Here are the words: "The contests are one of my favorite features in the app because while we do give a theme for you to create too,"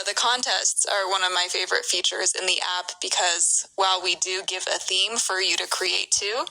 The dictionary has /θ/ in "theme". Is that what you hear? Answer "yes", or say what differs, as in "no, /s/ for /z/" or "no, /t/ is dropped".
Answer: yes